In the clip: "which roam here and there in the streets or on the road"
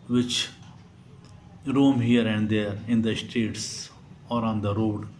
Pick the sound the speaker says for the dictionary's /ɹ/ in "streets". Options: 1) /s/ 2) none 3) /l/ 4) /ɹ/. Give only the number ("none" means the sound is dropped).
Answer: 2